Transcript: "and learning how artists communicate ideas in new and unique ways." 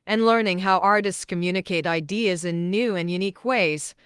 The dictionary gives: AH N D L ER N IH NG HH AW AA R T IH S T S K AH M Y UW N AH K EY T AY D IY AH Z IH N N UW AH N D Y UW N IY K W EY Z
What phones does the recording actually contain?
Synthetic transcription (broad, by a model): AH N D L ER N IH NG HH AW AA R T IH S T S K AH M Y UW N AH K EY T AY D IY AH Z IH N N UW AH N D Y UW N IY K W EY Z